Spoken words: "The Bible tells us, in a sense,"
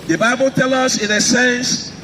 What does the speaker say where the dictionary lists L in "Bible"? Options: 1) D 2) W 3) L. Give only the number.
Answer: 3